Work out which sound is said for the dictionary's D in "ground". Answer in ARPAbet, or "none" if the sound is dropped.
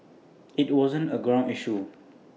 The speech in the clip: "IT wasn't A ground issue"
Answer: none